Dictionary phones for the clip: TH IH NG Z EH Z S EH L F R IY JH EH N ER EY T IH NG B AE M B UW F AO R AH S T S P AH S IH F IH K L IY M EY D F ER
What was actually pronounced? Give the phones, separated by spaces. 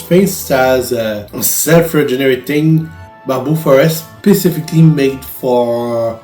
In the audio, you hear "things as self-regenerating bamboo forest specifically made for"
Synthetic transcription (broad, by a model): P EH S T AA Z S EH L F R IY JH EH N ER EY T IH NG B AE B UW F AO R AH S S P AH S IH F IH K L IY M EY D F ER